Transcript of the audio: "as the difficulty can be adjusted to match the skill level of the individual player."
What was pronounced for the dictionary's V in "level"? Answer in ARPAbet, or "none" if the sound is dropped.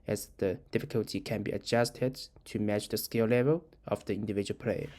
V